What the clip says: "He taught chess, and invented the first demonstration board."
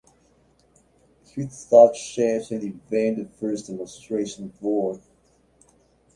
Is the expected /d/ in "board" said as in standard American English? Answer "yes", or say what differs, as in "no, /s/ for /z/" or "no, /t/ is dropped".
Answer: no, /d/ is dropped